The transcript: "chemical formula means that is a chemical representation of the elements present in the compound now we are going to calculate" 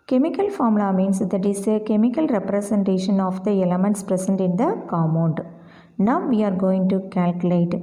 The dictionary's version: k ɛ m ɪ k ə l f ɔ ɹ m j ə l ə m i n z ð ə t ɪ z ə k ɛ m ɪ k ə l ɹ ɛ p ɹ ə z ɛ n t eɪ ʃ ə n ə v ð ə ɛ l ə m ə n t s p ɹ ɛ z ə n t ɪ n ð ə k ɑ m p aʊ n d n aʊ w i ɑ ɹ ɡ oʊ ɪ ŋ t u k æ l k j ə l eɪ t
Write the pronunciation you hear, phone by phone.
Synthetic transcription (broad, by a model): k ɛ m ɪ k ə l f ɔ ɹ m l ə m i n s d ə t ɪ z ə k ɛ m ɪ k ə l ɹ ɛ p ɹ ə s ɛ n t eɪ ʃ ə n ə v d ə ɛ l ə m ə n t s p ɹ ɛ s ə n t ɪ n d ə k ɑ m aʊ n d n aʊ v i ɑ ɹ ɡ oʊ ɪ ŋ t u k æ l k j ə l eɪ t